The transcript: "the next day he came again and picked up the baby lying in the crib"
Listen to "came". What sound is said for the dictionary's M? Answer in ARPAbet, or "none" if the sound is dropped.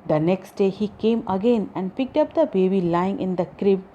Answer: M